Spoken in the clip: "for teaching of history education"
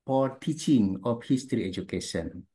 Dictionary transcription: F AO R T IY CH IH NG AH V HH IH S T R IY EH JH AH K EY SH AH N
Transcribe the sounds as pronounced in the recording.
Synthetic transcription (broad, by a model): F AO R T IY CH IH NG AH P HH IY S T R IY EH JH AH K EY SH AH N